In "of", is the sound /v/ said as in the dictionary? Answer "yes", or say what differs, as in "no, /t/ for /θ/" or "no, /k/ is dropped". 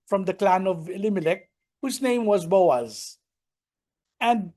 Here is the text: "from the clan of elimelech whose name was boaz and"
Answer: yes